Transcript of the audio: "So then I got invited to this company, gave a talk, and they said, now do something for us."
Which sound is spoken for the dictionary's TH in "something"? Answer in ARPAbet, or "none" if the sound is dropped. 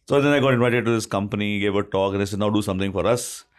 T